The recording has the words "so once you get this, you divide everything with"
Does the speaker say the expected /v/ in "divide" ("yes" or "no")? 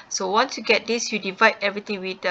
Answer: yes